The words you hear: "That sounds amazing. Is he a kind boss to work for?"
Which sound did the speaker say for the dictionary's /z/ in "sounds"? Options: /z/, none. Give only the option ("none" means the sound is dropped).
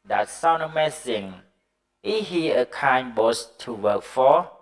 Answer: none